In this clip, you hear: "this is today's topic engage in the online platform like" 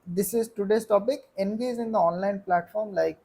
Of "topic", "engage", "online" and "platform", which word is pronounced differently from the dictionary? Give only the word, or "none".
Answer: engage